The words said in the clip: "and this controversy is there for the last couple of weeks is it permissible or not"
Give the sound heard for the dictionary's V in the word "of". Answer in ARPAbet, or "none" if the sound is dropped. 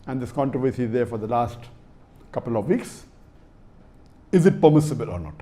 V